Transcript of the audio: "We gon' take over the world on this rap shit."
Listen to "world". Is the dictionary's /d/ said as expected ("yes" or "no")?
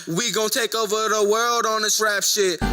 yes